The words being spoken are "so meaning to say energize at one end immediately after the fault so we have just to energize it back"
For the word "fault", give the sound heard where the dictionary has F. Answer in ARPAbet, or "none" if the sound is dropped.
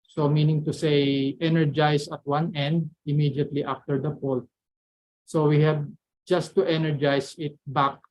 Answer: P